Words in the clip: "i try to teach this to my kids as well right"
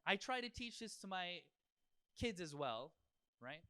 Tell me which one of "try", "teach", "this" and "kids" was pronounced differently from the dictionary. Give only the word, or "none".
none